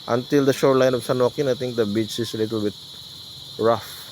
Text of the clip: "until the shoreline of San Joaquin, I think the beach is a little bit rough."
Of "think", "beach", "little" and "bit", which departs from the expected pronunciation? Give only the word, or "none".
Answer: think